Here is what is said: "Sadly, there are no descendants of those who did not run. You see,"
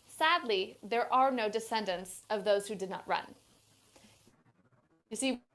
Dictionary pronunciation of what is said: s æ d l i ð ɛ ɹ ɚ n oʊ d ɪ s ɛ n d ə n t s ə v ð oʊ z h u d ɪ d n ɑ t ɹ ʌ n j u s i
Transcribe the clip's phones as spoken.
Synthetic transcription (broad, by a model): s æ d l i ð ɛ ɹ ɚ n oʊ d ɪ s ɛ n d ə n t s ə v ð oʊ z h u d ɪ d n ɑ t ɹ ʌ n j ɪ s i